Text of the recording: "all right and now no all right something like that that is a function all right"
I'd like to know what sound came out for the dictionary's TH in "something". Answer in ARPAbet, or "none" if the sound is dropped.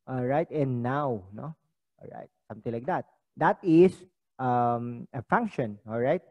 T